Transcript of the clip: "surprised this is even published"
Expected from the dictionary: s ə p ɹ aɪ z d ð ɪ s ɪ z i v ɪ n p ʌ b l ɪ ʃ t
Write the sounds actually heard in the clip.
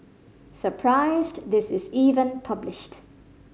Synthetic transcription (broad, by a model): s ə p ɹ aɪ z d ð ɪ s ɪ z i v ɪ n p ʌ b l ɪ ʃ t